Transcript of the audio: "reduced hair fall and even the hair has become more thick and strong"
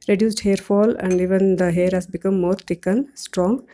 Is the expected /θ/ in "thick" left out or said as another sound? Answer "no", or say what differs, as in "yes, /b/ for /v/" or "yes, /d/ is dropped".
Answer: yes, /t/ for /θ/